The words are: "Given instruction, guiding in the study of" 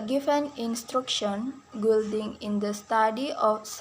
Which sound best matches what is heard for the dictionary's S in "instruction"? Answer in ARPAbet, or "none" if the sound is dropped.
S